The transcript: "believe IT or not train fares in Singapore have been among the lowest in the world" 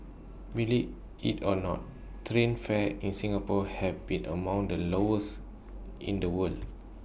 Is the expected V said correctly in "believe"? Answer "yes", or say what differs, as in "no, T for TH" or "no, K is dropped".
no, V is dropped